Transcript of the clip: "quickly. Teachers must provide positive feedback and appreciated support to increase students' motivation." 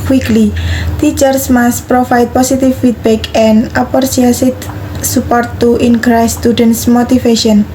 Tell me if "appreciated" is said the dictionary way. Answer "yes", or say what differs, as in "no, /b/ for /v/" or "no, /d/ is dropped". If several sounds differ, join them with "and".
no, /s/ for /t/